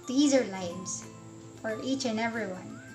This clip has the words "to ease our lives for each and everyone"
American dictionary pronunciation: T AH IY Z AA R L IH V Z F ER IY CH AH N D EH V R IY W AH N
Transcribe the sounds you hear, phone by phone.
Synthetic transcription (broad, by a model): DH IY Z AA R L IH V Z F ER IY CH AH N EH V R IY W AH N